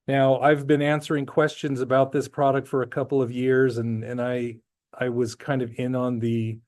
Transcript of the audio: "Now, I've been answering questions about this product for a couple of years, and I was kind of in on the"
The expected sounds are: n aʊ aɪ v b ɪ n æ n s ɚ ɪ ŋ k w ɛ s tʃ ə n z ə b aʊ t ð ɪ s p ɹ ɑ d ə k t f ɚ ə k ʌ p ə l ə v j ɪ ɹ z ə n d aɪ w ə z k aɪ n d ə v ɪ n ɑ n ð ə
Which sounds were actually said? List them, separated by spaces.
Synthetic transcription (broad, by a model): n aʊ aɪ v b ɪ n æ n s ɚ ɪ ŋ k w ɛ s tʃ ə n z ə b aʊ t ð ɪ s p ɹ ɑ d ə k t f ɚ ə k ʌ p l ə v j ɪ ɹ z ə n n aɪ w ə z k aɪ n d ə v ɪ n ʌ n ð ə